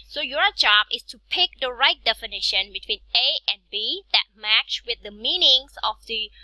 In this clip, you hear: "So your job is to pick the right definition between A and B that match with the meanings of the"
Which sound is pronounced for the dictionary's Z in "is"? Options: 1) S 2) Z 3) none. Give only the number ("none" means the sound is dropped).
1